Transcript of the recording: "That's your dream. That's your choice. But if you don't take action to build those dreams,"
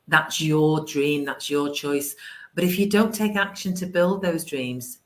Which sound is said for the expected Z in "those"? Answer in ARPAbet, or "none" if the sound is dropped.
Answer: Z